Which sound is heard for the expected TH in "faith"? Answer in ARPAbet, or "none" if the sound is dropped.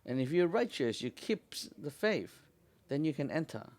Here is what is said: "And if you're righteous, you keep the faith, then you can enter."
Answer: F